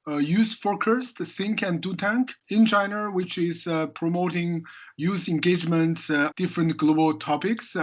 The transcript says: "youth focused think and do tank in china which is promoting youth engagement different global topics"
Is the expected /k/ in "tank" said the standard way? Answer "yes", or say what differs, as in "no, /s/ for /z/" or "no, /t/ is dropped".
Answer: yes